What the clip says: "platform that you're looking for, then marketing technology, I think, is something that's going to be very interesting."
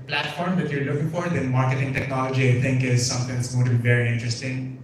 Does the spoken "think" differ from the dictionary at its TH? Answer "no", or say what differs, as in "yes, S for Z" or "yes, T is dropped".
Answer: yes, T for TH